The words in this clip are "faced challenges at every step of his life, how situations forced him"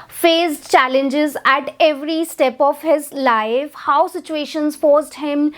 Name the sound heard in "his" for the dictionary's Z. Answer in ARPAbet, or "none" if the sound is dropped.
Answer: Z